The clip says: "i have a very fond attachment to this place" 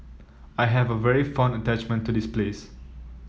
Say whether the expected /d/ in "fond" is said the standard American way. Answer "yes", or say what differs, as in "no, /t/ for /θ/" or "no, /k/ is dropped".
no, /d/ is dropped